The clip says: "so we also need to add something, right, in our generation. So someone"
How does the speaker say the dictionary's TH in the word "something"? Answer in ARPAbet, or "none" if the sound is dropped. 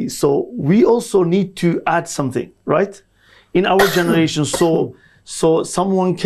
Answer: TH